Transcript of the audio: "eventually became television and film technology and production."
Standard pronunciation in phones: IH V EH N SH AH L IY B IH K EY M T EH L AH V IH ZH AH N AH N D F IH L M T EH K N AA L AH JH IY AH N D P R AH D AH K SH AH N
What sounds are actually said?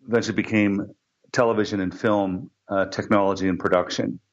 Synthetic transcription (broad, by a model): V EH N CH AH B IH K EY M T EH L AH V IH ZH AH N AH N F IH L M T EH K N AA L AH JH IY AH N P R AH D AH K SH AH N